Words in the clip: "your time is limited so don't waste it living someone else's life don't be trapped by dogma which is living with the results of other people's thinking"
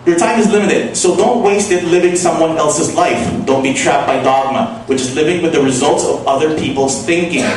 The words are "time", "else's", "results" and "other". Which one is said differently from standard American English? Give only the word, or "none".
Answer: none